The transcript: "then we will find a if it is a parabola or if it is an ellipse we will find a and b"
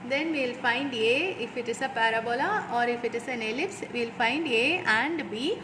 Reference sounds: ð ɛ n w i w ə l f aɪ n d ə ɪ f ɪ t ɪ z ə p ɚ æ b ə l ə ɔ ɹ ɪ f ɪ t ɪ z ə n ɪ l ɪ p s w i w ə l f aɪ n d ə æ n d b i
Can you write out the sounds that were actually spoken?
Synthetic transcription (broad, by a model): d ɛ n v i l f aɪ n d ə ɪ f ɪ t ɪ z ə p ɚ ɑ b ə l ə ɔ ɹ ɪ f ɪ t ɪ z ə n ɪ l ɪ p s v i l f aɪ n d ə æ n d b i